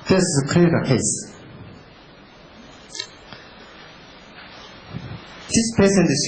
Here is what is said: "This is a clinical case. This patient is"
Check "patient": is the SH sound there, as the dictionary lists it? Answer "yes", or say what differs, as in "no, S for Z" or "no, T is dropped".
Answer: no, S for SH